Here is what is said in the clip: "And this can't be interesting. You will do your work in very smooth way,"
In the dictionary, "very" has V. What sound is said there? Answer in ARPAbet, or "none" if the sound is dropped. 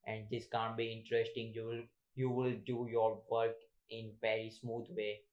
P